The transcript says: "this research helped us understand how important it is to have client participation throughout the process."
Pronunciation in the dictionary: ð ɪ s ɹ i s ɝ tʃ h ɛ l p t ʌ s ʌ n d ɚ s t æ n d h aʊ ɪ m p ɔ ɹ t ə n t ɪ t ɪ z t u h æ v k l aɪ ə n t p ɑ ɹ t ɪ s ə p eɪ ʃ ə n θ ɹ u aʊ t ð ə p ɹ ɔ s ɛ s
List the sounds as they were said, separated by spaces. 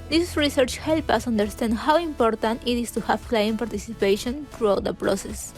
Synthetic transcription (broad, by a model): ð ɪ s ɹ i s ɝ tʃ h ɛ l p ʌ s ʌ n d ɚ s t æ n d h aʊ ɪ m p ɔ ɹ t ə n t ɪ t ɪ s t u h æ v k l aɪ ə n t p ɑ ɹ t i s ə p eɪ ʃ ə n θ ɹ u aʊ t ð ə p ɹ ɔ s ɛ s